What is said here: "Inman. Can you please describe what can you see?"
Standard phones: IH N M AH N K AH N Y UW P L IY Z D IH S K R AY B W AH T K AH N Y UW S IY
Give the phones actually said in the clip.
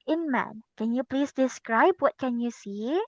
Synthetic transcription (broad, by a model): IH N M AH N K AH N Y UW P L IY S D IH S K R AY B W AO T K AH N Y UW S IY